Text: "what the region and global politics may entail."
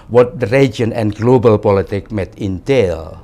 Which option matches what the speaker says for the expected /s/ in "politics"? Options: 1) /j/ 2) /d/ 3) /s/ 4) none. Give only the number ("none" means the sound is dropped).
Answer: 4